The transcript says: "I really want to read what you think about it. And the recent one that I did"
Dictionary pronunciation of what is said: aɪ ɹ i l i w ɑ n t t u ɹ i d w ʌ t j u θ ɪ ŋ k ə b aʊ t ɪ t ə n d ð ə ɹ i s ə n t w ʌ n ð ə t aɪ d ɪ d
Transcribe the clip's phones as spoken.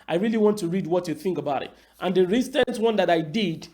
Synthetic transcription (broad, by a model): aɪ ɹ i l i w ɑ n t t u ɹ i d w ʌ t j u θ ɪ ŋ k ə b aʊ t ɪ t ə n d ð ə ɹ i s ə n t w ʌ n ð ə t aɪ d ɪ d